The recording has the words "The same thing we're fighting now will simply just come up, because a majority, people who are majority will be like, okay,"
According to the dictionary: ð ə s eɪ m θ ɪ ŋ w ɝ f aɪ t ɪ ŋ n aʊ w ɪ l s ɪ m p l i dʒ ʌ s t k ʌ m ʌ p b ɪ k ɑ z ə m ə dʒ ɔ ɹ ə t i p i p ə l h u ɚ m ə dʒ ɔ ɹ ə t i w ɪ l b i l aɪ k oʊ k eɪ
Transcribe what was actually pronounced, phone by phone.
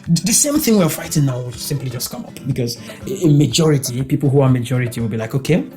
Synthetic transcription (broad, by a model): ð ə s eɪ m θ ɪ ŋ w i f aɪ t ɪ ŋ n aʊ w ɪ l s ɪ m p l i dʒ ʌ s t k ʌ m ʌ p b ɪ k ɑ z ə m ə dʒ ɔ ɹ ə t i p i p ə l h u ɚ m ə dʒ ɔ ɹ ə t i w ɪ l b i l aɪ k oʊ k eɪ